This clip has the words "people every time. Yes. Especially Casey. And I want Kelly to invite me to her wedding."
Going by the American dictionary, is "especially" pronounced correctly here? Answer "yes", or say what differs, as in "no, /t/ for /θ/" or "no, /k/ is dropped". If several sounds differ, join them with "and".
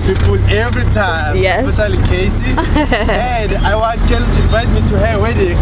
no, /p/ is dropped and /ʃ/ is dropped